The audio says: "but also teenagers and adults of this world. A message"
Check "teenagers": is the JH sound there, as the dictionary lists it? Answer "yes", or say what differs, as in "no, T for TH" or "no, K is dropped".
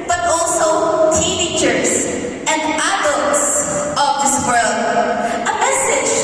no, CH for JH